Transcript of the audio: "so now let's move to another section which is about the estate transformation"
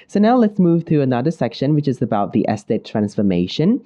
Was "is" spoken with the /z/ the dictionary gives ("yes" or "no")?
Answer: yes